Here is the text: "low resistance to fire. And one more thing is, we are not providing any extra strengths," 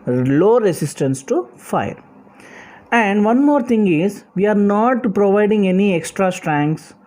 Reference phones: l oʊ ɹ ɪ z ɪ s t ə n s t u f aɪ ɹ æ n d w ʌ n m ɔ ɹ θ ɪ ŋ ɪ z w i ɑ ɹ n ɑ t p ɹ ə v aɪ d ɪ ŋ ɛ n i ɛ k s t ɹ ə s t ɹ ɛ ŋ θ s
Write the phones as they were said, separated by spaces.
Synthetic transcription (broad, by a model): l oʊ ɹ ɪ s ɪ s t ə n s t u f aɪ ɹ æ n d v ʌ n m ɔ ɹ t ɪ ŋ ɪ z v i ɑ ɹ n ɑ t p ɹ ə v aɪ d ɪ ŋ ɛ n i ɛ k s t ɹ ə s t ɹ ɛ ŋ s